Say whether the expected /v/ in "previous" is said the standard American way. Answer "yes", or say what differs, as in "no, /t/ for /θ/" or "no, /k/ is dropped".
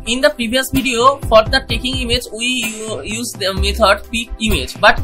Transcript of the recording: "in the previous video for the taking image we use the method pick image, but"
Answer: no, /b/ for /v/